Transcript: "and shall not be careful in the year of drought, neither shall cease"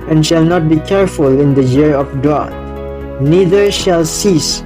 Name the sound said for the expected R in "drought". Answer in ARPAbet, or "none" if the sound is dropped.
none